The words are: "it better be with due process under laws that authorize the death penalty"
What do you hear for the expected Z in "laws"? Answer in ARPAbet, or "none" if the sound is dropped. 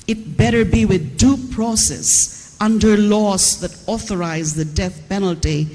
S